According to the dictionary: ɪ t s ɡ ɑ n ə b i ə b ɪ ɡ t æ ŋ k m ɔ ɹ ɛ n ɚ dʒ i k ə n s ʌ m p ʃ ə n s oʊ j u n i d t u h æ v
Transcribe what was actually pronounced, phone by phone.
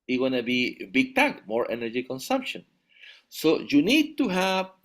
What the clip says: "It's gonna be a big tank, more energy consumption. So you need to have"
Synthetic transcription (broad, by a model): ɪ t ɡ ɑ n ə b i b ɪ ɡ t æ k m ɔ ɹ ɛ n ɚ dʒ i k ə n s ʌ m p ʃ ə n s oʊ j u n i d t u h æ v